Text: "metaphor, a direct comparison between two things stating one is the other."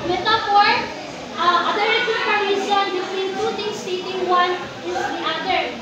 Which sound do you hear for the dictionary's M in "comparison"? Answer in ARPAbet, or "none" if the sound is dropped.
none